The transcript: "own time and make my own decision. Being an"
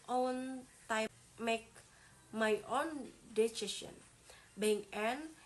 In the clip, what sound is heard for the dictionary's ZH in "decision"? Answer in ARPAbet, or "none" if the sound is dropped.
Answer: S